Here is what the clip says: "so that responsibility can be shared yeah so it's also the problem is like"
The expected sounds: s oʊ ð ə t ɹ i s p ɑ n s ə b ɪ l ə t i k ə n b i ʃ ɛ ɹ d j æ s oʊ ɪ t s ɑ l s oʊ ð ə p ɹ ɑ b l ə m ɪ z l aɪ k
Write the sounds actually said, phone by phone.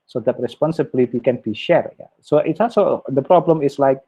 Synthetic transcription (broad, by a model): s oʊ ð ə t ɹ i s p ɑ n s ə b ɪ l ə t i k ə n b i ʃ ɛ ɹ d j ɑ s oʊ ɪ t s ɑ l s oʊ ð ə p ɹ ɑ b l ə m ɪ s l aɪ k